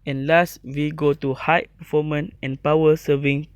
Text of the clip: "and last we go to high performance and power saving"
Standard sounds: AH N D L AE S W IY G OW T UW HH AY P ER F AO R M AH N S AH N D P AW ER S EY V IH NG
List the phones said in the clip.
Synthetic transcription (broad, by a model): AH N L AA S W IY G OW T UW HH AY P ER F AO M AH N AH N P AW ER S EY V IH NG